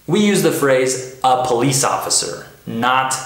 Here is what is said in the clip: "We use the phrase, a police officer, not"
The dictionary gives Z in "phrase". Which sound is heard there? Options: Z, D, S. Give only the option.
Z